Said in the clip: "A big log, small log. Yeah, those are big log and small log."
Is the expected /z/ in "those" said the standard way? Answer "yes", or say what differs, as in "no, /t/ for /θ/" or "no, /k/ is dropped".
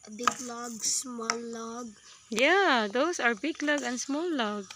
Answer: no, /s/ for /z/